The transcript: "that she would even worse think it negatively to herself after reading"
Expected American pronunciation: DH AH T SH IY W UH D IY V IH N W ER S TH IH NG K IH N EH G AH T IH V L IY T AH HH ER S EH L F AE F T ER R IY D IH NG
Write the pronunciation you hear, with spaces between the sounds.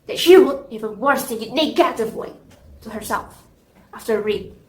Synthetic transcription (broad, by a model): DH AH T SH IY W UH D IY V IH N W ER S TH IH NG IH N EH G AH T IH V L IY T AH HH ER S EH L F AE F T ER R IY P